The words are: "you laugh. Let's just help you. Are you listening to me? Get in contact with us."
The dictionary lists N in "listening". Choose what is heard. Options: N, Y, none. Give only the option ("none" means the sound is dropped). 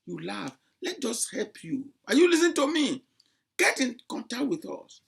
none